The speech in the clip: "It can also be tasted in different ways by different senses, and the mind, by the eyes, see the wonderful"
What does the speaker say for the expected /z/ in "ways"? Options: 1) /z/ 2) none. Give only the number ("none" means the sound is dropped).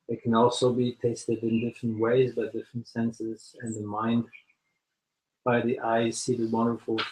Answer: 1